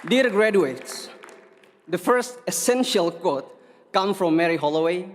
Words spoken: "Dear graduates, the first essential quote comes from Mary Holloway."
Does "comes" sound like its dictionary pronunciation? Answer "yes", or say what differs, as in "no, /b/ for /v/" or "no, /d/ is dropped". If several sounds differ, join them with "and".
no, /z/ is dropped